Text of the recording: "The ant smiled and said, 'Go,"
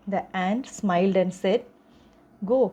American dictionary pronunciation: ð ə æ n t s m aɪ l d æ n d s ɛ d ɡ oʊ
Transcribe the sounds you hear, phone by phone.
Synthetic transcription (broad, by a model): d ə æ n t s m aɪ l d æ n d s ɛ d ɡ oʊ